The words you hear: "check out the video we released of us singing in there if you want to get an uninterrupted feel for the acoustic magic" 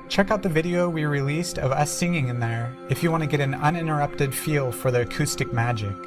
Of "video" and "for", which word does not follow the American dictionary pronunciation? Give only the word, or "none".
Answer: none